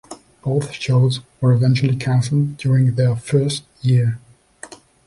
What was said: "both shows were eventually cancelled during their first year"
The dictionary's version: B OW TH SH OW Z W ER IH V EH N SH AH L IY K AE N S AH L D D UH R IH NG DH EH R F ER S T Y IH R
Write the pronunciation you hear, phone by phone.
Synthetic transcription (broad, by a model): B OW TH SH OW Z W ER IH V EH N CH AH L IY K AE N S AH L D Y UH R IH NG DH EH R F ER S T Y IH R